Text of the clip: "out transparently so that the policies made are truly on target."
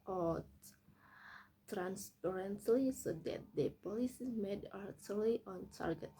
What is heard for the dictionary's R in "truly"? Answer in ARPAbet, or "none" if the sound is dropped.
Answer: none